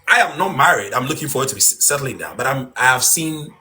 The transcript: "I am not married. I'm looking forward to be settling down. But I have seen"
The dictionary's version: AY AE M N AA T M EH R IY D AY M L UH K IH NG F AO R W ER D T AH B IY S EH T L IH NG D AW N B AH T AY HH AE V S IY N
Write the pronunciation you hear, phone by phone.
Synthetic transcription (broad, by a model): AY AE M N AA T M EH R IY D AY M L UH K IH NG F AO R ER T AH B IY S EH T L IH NG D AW B AH T AY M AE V S IY N